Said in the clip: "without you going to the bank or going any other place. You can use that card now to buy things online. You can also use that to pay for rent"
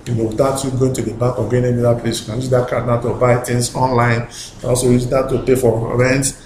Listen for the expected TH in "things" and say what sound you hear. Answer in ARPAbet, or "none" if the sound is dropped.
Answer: T